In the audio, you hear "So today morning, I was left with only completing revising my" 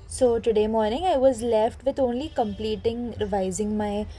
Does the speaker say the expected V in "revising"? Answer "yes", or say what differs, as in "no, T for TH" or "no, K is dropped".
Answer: yes